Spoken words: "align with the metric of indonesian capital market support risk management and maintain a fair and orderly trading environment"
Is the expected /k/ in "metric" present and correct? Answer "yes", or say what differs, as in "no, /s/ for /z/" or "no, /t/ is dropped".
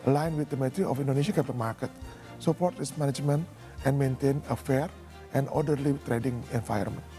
no, /k/ is dropped